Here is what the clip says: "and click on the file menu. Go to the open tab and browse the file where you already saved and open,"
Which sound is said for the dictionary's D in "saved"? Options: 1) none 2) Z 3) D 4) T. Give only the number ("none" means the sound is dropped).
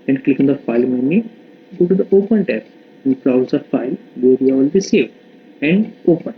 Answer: 1